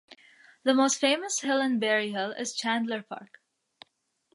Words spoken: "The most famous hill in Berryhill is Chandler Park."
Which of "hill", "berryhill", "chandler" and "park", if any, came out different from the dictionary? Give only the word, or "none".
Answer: none